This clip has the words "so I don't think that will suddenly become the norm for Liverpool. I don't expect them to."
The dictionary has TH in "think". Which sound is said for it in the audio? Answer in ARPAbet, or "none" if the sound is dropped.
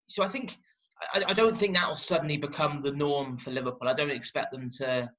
TH